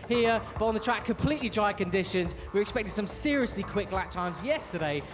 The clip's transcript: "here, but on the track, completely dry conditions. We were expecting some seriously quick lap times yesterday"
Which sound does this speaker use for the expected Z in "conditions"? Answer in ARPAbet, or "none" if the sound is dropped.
Z